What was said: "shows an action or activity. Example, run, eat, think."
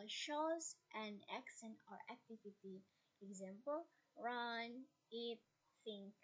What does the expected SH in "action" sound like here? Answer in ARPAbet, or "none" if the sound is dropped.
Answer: S